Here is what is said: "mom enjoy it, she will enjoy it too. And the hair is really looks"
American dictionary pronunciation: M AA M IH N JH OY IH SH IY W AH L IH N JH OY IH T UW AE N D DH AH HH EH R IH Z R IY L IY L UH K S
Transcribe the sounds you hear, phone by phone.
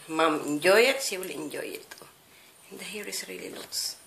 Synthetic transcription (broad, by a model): M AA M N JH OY IH S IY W L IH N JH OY IH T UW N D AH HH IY R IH S R IY L IY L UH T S